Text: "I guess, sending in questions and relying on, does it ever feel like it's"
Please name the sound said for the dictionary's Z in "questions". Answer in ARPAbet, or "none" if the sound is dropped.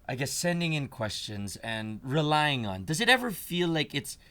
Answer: Z